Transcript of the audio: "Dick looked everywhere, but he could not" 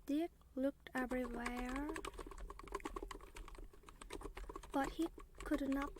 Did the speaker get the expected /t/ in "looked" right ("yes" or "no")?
yes